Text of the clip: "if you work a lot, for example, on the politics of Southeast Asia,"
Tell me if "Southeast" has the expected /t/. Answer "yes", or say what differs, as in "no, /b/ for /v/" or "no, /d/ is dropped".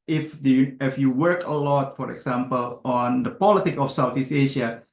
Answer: no, /t/ is dropped